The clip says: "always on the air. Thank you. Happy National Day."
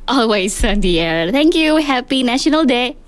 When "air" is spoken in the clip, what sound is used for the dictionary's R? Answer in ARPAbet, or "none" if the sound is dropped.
R